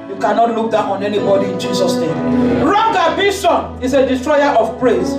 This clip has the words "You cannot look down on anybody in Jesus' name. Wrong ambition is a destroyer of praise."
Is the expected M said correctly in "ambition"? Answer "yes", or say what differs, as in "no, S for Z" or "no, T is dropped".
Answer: no, M is dropped